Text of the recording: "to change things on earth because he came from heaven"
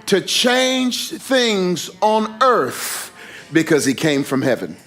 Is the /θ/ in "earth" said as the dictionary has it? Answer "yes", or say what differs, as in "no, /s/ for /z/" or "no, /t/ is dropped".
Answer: yes